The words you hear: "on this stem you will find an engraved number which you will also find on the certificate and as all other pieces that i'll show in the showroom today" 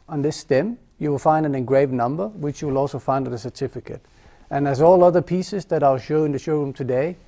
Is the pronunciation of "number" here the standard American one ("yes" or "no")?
yes